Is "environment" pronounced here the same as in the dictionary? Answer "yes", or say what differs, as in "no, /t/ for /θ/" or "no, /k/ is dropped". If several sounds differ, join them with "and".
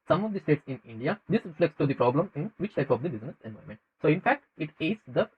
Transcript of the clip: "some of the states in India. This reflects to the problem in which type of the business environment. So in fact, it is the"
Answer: no, /ɹ/ is dropped and /n/ is dropped